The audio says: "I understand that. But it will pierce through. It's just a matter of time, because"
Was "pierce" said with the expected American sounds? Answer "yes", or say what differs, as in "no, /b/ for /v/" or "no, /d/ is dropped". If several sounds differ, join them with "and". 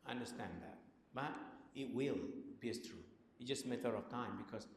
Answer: no, /b/ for /p/